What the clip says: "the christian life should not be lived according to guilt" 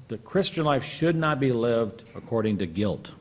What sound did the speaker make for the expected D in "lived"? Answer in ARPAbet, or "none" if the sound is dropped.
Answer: D